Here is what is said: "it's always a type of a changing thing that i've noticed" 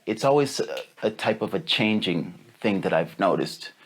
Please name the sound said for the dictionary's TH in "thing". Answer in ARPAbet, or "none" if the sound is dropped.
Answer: TH